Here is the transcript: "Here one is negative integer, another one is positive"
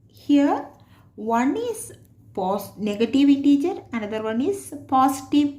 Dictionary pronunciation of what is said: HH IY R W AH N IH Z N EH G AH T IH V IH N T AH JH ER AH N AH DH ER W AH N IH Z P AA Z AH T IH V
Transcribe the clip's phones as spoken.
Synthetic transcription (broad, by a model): HH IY R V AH N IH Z N EH G AH T IH V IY T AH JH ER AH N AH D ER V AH N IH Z P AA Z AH T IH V